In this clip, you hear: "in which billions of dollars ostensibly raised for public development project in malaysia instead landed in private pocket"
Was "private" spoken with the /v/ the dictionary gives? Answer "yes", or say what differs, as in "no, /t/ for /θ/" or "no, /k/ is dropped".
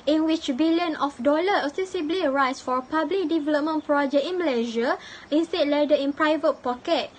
yes